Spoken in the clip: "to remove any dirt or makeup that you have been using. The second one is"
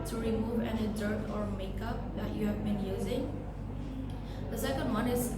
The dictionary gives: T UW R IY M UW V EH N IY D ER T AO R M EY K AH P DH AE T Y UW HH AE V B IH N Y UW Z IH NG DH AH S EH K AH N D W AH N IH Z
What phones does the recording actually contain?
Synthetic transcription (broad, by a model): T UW R IY M UW V EH N IY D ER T AO R M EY K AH P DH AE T Y UW HH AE V B IH N Y UW Z IH NG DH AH S EH K AH N D W AH N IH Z